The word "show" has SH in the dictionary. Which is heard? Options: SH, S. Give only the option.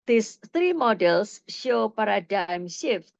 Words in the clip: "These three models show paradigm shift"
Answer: SH